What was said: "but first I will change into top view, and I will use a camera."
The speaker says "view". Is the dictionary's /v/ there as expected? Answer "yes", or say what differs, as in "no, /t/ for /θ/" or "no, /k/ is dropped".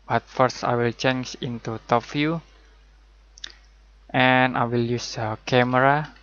no, /f/ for /v/